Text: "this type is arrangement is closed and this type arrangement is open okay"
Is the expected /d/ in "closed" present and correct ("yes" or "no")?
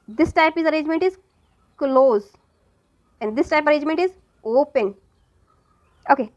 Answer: no